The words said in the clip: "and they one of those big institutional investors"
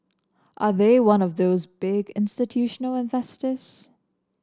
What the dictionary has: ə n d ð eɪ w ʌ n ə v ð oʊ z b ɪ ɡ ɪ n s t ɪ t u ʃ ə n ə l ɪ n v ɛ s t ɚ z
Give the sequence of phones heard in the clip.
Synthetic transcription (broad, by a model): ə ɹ ð eɪ w ʌ n ə v ð oʊ z b ɪ ɡ ɪ n s t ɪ t u ʃ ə n l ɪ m v ɛ s t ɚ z